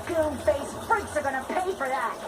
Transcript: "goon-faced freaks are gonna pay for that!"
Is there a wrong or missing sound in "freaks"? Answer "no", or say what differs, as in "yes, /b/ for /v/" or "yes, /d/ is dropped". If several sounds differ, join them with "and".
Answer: yes, /ɹ/ is dropped